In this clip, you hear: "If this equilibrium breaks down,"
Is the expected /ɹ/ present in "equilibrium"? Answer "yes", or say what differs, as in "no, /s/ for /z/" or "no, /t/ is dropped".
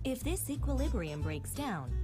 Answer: yes